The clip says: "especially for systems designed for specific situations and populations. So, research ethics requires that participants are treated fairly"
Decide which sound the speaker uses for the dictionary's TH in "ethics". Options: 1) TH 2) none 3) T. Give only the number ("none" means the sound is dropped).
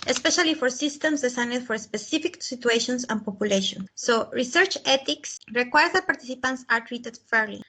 3